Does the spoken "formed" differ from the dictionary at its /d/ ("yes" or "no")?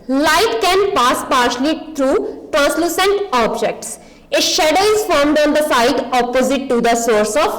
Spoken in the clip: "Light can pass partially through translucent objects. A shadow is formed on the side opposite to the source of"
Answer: no